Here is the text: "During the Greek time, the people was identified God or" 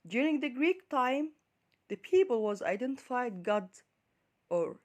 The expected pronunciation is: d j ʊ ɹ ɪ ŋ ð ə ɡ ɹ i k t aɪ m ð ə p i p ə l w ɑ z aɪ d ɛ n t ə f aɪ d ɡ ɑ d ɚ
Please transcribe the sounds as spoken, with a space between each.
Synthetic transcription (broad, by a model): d j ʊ ɹ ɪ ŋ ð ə ɡ ɹ i k t aɪ m ð ə p i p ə l w ɑ z aɪ d ɛ n t ə f aɪ d ɡ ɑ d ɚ